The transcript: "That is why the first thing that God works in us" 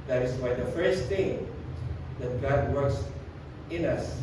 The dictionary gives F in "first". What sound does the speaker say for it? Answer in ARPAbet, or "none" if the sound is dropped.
F